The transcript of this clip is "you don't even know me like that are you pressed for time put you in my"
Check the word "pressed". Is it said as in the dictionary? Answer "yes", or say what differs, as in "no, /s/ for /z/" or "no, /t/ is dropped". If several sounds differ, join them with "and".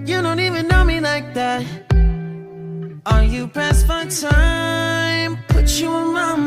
no, /ɹ/ is dropped